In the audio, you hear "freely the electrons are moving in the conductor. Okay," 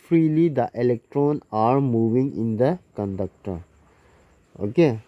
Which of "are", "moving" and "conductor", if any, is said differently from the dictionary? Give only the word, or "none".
none